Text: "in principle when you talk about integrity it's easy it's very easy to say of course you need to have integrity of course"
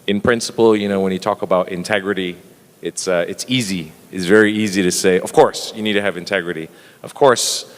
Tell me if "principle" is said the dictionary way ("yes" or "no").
no